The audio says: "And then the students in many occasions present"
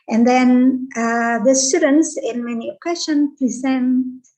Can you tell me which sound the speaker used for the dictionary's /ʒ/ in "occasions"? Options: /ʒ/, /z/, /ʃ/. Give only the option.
/ʃ/